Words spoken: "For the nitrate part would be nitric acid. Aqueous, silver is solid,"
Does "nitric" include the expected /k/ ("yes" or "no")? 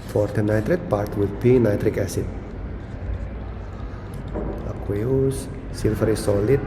yes